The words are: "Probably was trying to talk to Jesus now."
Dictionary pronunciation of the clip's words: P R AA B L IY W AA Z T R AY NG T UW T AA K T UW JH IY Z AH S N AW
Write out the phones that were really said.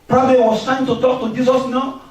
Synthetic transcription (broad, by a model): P R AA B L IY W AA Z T AY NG T UW T AA K T UW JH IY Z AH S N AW